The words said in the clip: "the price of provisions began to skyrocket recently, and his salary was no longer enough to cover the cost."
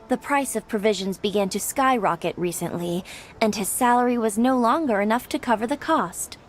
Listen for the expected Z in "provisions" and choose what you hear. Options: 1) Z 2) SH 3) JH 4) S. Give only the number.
1